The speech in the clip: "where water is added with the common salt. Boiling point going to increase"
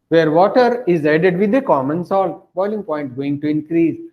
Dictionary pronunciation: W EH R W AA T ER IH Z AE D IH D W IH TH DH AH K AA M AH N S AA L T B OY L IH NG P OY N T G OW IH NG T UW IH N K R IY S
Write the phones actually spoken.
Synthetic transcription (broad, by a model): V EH R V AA T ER IH Z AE D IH D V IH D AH K AA M AH N S AA L T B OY L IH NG P OY N T G OW IH NG T UW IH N K R IY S